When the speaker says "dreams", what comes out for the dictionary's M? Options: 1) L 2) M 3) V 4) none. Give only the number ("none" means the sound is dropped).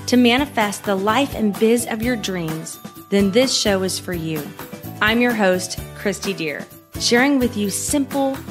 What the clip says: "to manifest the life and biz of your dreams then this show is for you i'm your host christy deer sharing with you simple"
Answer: 2